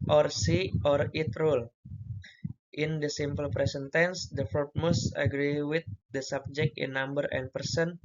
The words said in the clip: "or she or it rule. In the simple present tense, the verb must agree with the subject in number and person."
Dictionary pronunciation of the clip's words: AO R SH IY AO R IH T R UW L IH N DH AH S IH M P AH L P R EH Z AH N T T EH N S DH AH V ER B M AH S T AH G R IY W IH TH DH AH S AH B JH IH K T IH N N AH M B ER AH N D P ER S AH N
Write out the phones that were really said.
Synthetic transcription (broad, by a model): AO R S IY AO R IH T R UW L IH N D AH S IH M P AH L P R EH S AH N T T EH N S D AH F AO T M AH S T AH G R IY W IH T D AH S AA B JH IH K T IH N N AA M B ER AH N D P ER S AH N